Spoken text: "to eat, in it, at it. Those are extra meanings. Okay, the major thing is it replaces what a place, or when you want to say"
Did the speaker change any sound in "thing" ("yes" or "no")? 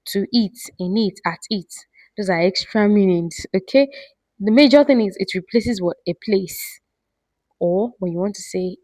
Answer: no